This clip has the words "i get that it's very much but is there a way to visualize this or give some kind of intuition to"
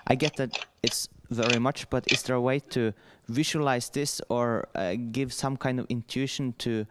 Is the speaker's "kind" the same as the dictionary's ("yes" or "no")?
yes